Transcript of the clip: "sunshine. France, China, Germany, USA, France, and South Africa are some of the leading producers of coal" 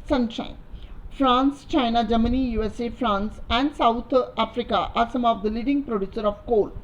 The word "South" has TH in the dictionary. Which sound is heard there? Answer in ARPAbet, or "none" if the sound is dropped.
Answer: T